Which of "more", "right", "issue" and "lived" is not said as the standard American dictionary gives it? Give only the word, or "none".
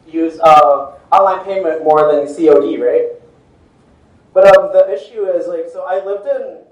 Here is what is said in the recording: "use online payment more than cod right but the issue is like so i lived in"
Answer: none